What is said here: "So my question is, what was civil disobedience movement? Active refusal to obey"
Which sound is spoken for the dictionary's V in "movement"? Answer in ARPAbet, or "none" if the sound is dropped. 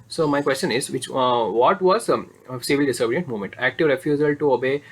none